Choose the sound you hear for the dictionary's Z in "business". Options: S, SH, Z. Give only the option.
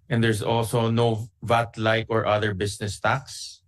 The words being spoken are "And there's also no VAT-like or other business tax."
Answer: S